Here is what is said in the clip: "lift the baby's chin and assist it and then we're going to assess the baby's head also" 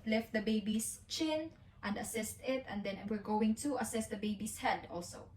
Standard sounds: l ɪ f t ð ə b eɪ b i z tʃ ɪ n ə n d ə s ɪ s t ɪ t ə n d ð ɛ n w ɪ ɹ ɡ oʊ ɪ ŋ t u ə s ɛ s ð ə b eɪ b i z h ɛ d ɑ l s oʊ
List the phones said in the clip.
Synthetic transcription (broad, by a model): l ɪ f t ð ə b eɪ b i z tʃ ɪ n ə n d ə s ɪ s t ɪ t ə n d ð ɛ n w ɪ ɹ ɡ oʊ ɪ ŋ t u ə s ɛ s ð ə b eɪ b i s h ɛ d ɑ l s oʊ